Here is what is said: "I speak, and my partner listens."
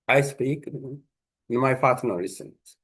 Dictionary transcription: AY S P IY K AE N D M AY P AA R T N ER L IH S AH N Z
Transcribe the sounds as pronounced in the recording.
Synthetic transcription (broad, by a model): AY S P IY K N M AY F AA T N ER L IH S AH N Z